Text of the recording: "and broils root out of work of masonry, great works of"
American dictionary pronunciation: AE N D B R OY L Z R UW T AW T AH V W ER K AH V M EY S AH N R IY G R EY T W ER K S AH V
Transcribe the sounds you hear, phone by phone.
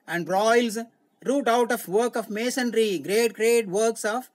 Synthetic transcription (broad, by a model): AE N D R OY L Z R UW T AW T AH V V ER K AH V M EY S AH N R IY G R EY T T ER K S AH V